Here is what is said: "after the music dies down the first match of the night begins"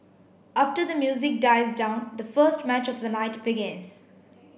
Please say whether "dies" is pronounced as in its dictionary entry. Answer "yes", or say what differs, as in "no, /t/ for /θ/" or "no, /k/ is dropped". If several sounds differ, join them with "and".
yes